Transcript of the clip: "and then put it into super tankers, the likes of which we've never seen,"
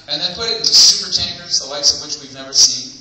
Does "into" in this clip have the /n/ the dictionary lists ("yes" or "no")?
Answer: no